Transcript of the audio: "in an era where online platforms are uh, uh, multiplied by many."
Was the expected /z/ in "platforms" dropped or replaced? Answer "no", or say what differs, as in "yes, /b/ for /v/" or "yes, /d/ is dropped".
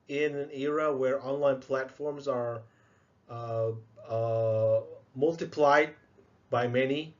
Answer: no